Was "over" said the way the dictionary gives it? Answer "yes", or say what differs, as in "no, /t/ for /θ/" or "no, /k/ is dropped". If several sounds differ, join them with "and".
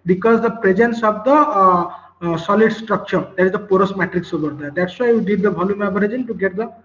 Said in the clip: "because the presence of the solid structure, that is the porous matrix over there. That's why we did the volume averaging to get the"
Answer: no, /b/ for /v/